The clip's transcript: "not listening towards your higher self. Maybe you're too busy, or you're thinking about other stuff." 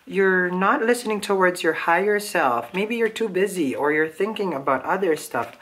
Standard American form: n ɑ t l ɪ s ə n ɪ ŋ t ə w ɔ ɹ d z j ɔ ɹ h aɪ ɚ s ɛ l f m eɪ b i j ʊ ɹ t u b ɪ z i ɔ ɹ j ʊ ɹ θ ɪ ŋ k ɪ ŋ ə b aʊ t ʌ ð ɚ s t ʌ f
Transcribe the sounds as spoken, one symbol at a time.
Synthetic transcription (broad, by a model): n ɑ t l ɪ s ə n ɪ ŋ t ə w ɔ ɹ d z j ɔ ɹ h aɪ ɚ s ɛ l f m eɪ b i j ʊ ɹ t u b ɪ z i ɔ ɹ j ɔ ɹ θ ɪ ŋ k ɪ ŋ ə b aʊ t ʌ ð ɚ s t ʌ f